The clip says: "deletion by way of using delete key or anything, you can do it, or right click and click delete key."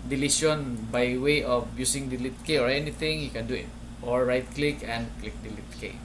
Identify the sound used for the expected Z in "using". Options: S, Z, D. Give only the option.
S